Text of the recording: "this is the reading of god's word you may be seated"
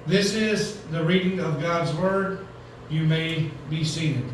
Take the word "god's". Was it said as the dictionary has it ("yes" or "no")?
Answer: yes